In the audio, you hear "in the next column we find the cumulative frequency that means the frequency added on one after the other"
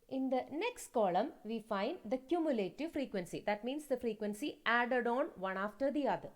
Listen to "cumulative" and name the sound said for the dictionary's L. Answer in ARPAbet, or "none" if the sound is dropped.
L